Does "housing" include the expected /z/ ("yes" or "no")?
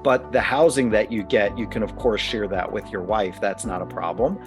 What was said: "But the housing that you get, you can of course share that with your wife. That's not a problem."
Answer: yes